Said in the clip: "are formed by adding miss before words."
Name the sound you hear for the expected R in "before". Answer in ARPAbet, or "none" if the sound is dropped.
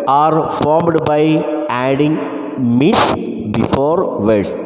R